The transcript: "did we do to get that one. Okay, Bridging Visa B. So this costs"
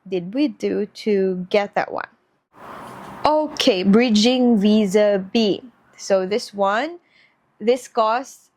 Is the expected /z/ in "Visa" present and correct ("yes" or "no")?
yes